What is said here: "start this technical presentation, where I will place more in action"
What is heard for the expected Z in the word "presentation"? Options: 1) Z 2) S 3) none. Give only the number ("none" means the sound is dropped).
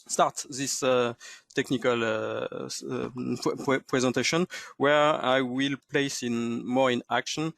1